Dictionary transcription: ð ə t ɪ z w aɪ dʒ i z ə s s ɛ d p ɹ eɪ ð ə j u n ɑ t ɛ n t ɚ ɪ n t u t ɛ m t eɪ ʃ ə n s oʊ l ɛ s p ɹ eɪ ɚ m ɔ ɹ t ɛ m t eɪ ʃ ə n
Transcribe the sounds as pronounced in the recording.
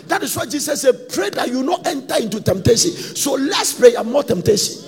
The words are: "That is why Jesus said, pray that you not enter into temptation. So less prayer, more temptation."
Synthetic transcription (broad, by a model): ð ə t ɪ s w aɪ dʒ i s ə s s ɛ d p ɹ eɪ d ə j u n ɑ t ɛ n t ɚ ɪ n t u t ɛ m t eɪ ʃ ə n s oʊ l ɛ s p ɹ eɪ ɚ m ɔ t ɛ m t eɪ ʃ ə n